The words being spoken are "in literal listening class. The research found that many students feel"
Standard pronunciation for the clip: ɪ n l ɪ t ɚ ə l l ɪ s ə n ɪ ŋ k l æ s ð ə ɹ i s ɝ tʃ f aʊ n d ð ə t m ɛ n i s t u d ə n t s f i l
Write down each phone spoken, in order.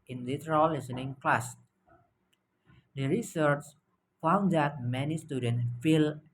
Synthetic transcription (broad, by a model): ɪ n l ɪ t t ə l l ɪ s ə n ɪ ŋ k l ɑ s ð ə ɹ i s ɝ tʃ f aʊ n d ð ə t m ɛ n i s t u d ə n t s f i l